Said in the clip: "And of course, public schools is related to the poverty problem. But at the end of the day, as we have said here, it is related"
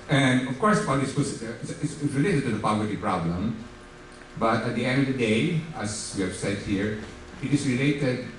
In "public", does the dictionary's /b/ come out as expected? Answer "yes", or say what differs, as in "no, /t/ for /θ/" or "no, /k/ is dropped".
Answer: no, /b/ is dropped